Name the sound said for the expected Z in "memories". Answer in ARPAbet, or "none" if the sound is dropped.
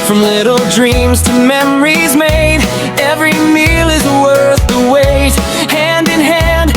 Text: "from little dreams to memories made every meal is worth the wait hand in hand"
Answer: Z